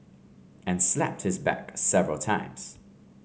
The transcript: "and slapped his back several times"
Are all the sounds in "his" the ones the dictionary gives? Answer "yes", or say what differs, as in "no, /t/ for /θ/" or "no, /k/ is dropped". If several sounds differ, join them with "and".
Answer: yes